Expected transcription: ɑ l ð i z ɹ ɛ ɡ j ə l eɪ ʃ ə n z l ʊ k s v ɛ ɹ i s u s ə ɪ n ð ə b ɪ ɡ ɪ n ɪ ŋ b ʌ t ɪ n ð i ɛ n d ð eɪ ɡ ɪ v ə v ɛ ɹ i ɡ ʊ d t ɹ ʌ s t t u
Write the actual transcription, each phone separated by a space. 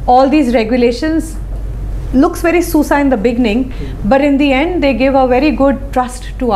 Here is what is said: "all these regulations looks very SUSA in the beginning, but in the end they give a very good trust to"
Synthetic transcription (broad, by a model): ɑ l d i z ɹ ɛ ɡ j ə l eɪ ʃ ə n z l ʊ k s v ɛ ɹ i s u s ə ɪ n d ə b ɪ ɡ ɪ n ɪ ŋ b ʌ t ɪ n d i ɛ n d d eɪ ɡ ɪ v ə v ɛ ɹ i ɡ ʊ d t ɹ ʌ s t t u